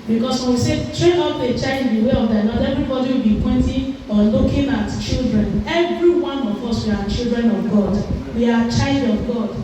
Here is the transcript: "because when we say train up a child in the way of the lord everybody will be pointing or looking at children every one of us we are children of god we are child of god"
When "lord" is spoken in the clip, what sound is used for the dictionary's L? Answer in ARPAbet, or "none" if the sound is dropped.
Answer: N